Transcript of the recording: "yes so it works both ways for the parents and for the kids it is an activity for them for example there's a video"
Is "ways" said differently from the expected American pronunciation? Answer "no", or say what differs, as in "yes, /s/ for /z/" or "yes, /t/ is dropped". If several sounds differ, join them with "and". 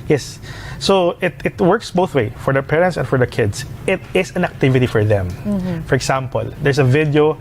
yes, /z/ is dropped